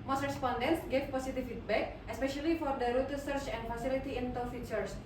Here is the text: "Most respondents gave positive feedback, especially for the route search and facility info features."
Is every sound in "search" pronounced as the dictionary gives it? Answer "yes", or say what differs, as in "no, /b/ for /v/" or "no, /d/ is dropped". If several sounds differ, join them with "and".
yes